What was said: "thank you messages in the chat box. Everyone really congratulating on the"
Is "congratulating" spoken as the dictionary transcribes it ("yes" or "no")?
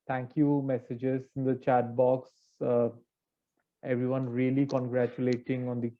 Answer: yes